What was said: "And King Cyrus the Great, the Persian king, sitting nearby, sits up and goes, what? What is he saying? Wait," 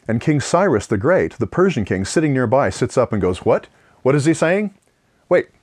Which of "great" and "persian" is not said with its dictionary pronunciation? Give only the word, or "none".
none